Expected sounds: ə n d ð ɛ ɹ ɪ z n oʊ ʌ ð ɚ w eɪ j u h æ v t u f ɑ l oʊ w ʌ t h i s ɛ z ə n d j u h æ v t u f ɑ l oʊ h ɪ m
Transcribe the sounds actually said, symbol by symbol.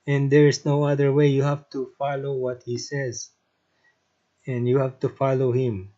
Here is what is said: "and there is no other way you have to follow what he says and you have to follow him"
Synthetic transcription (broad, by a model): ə n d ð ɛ ɹ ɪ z n oʊ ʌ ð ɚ w eɪ j u h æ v t u f ɑ l oʊ w ʌ t h i s ɛ z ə n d j u h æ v t u f ɑ l oʊ h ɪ m